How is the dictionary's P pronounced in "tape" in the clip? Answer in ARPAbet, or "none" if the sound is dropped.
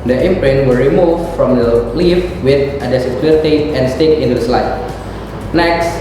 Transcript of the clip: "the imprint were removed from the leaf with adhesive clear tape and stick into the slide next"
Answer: none